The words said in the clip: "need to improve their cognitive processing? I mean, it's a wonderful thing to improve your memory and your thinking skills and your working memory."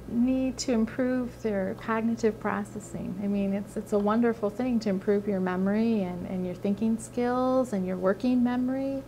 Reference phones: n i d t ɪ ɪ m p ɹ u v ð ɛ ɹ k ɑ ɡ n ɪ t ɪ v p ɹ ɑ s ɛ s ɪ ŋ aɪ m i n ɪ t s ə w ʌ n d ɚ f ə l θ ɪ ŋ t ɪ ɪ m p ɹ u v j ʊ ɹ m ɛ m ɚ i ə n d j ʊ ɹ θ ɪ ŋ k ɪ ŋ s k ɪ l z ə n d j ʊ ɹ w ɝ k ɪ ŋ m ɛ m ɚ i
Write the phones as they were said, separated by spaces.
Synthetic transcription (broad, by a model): n i d t ɪ ɪ m p ɹ u v ð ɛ ɹ k ɑ ɡ n ɪ t ɪ v p ɹ ɑ s ɛ s ɪ ŋ aɪ m i n ɪ t s ə w ʌ n d ɚ f l θ ɪ ŋ t ɪ ɪ m p ɹ u v j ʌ ɹ m ɛ m ɚ i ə n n j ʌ ɹ θ ɪ ŋ k ɪ ŋ s k ɪ l z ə n j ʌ ɹ w ɝ k ɪ ŋ m ɛ m ɚ i